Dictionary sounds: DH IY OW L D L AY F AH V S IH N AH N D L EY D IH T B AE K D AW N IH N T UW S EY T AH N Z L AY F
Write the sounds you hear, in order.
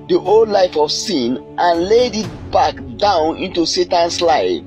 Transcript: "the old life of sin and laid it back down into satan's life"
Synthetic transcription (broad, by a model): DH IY OW L D L AY F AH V S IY N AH N L EY D IH T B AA K D AW N IH N T UW S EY T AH N S L AY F